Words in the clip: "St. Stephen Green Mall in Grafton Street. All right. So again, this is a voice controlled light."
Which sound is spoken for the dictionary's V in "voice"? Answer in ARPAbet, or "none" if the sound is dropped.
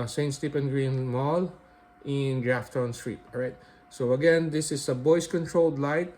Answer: B